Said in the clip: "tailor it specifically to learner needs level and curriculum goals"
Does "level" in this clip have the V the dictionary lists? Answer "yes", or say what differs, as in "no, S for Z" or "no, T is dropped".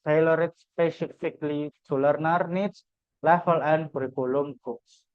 no, F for V